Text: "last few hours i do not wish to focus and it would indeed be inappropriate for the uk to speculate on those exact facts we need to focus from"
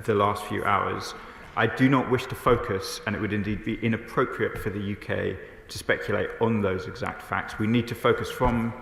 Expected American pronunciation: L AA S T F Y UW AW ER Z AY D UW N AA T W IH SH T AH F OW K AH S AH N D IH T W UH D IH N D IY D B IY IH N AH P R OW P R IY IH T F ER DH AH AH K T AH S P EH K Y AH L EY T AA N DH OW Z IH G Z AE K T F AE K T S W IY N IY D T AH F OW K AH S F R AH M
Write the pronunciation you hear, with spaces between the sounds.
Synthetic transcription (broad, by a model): L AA S T F Y UW AW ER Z AY D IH N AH T W IH SH T AH F OW K AH S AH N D IH T W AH D IH N D IY D B IY IH N AH P R OW P R IY IH T F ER DH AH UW K T AH S P EH K Y AH L EY T N DH OW Z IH G Z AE K T F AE K T S W IY N IY D T AH F OW K AH S F R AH M